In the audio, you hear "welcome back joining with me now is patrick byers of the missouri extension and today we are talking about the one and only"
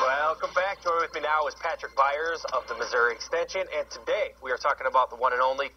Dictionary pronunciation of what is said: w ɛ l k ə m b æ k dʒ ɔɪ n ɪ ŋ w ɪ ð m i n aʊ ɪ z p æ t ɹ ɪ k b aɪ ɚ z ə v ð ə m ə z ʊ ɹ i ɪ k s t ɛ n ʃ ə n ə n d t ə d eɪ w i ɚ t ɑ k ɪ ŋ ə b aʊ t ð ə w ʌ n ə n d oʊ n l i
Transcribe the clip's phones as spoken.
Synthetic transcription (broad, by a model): w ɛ l k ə m b æ k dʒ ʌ ɪ w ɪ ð m i n aʊ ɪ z p æ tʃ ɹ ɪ k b aɪ ɚ z ə v ð ə m ə z ʊ ɹ i ɪ k s t ɛ n ʃ ə n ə n t ə d eɪ w i ɚ t ɑ k ɪ ŋ ə b aʊ t ð ə w ʌ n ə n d oʊ n l i